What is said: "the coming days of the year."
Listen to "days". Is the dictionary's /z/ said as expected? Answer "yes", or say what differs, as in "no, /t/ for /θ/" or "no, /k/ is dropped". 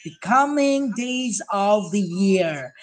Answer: yes